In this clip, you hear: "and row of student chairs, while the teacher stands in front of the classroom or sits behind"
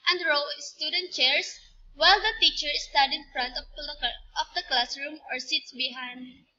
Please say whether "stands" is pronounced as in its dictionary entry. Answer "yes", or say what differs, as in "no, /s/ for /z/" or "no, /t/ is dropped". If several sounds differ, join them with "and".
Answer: no, /n/ is dropped and /z/ is dropped